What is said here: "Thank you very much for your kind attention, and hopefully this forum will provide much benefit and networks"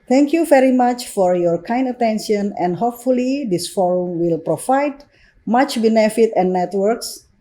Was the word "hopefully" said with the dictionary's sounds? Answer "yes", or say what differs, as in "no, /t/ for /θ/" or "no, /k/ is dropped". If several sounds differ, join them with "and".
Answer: yes